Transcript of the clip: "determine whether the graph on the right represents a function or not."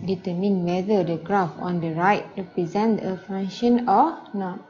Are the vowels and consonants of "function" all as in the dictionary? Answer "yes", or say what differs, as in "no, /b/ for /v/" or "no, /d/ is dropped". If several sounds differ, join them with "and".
no, /k/ is dropped